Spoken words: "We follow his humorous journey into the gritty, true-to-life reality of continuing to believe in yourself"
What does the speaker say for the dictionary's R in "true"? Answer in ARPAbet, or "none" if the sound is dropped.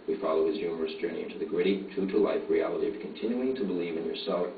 none